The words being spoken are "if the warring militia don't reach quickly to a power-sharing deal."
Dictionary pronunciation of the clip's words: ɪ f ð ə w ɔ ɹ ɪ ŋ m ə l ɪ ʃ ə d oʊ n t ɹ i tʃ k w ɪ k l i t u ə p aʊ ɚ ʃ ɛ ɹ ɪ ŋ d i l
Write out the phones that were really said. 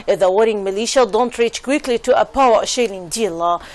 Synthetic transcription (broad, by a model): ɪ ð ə w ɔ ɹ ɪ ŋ m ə l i ʃ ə d oʊ n t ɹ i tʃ k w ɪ k l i t u ə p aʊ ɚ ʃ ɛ l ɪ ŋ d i l